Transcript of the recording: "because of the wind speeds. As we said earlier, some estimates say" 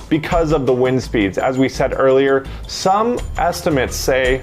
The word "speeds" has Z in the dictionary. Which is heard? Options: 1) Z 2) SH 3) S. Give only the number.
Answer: 1